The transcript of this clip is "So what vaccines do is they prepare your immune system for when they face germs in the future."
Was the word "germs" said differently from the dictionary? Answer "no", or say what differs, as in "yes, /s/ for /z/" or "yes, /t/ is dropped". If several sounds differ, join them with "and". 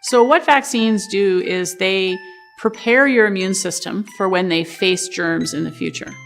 no